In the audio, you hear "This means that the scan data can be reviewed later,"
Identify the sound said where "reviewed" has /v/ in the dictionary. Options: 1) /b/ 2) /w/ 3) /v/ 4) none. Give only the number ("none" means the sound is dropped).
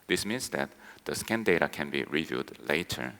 3